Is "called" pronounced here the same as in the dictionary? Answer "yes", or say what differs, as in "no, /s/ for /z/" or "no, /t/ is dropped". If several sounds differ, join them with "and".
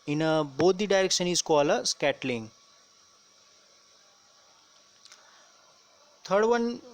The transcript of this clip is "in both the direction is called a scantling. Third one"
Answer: no, /d/ is dropped